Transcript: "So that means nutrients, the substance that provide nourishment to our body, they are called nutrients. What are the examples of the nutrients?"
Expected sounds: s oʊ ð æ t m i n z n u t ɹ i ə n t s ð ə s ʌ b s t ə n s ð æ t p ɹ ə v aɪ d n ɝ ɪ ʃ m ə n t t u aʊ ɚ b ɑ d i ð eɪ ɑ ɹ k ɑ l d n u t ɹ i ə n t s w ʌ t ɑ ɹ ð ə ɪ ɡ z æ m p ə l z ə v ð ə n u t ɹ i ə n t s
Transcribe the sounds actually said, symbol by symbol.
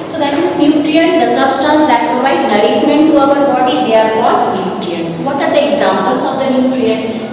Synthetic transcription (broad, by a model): s oʊ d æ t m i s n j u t ɹ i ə n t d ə s ʌ b s t ə n s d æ t p ɹ ə v aɪ d n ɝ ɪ s m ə n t t u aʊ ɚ b ɑ d i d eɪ ɑ ɹ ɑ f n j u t ɹ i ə n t s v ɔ t ɑ ɹ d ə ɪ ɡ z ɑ m p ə l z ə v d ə n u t ɹ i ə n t